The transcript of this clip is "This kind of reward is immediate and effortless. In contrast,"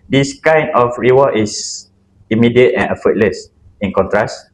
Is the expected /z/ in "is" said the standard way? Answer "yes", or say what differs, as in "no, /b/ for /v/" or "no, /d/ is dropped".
no, /s/ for /z/